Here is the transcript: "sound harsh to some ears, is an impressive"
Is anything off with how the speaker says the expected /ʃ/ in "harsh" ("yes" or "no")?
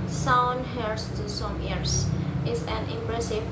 yes